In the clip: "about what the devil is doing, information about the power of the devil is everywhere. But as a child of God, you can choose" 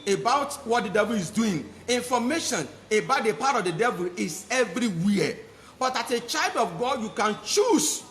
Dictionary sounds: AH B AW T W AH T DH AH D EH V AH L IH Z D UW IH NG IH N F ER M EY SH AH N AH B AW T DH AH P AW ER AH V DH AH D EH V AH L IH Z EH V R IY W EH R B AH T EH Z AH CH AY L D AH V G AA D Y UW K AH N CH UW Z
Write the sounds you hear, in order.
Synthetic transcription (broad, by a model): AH B AW T W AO T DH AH D EH V AH L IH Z D UW IH NG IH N F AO M EY SH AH N AH B AW T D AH P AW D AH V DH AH D EH V AH L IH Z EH V R IY W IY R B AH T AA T AH CH AY L D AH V G AA D Y UW K AH N CH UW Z